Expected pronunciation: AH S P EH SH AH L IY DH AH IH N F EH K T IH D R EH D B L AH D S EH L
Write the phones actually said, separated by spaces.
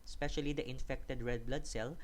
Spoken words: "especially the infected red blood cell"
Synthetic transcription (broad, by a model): S P EH SH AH L IY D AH IH N F EH K T IH D R EH D B L AH D S EH L